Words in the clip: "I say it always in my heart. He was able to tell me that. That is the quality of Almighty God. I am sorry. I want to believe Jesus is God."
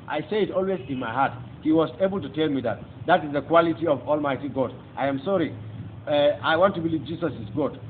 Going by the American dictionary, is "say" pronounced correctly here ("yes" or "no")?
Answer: yes